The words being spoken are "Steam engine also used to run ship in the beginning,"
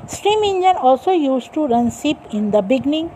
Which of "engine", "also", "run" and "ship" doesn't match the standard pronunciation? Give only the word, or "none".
ship